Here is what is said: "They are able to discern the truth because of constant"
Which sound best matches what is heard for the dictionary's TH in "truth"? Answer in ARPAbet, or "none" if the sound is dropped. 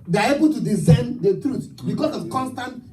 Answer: T